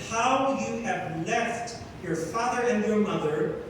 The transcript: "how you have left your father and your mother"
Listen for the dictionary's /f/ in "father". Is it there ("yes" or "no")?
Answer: yes